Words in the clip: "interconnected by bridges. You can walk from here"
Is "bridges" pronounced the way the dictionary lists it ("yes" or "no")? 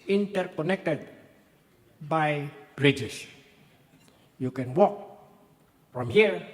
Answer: no